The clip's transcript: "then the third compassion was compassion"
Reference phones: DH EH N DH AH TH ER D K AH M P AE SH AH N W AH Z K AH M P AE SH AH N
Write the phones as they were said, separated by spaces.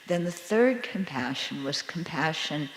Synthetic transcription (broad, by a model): DH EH N DH AH TH ER D K AH M P AE SH AH N W AH Z K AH M P AE SH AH N